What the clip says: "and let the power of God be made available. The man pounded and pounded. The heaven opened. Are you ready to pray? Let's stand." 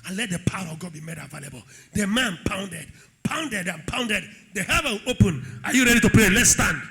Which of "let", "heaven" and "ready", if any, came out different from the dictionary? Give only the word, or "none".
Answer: heaven